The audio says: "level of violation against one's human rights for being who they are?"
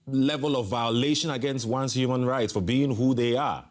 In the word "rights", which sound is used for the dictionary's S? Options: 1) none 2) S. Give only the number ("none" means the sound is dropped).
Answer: 2